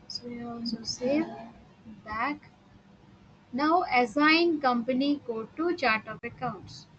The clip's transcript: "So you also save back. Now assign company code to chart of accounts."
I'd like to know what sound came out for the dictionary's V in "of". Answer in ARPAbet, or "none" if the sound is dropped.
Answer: P